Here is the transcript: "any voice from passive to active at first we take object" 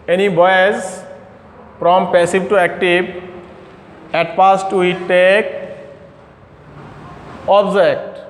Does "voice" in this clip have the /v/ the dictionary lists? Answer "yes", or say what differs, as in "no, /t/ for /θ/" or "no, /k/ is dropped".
no, /b/ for /v/